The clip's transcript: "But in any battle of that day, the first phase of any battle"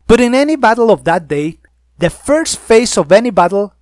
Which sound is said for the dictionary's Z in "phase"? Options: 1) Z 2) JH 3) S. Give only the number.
3